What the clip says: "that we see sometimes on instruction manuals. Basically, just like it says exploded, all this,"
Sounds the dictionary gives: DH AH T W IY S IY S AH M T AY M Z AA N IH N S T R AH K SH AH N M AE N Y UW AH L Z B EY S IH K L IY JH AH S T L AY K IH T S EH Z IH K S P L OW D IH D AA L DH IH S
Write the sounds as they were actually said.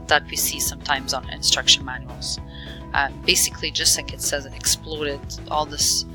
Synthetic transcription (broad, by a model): DH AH T W IY S IY S AH M T AY M Z N IH N S T R AH K SH AH N M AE N Y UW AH L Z B EY S IH K L IY JH AH S T L AY K IH T S EH Z IH K S P L OW D IH D AA L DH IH S